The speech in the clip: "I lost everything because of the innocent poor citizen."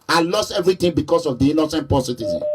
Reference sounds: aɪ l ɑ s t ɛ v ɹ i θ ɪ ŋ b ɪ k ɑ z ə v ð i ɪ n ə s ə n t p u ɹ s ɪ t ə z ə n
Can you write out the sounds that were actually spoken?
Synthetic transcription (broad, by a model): aɪ l ɑ s t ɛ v ɹ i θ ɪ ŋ b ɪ k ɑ s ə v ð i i n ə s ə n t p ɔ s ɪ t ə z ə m